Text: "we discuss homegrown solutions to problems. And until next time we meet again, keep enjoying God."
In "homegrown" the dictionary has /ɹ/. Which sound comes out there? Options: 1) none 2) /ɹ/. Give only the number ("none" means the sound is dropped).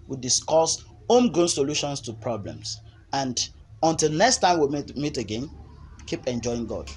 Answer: 1